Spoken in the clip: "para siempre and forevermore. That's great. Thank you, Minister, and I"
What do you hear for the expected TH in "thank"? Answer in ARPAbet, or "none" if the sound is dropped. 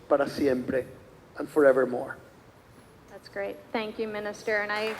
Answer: TH